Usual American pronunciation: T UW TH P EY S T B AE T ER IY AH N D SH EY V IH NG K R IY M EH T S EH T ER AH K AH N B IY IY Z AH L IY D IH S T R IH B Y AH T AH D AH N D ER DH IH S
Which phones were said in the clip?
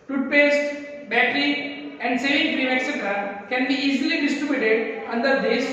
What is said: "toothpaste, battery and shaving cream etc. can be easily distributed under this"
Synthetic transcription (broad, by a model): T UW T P EY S T B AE T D IY AH N D S EY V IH NG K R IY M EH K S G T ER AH K AH N B IY IY Z AH L IY D IH S T R IH B Y AH T AH D AH N D ER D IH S